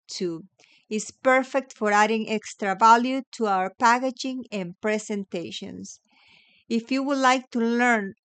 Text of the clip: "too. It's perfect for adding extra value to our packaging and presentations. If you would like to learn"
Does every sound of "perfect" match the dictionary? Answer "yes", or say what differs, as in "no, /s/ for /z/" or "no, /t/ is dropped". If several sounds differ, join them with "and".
yes